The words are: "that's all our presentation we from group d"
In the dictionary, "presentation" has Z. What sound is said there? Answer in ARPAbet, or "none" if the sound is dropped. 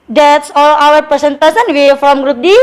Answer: S